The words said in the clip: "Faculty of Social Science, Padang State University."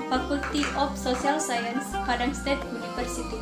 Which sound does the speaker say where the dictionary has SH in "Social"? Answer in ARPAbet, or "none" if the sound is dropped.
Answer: S